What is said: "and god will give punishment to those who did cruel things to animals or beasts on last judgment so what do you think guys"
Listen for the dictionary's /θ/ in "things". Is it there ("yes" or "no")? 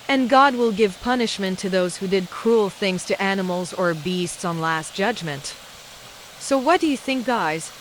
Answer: yes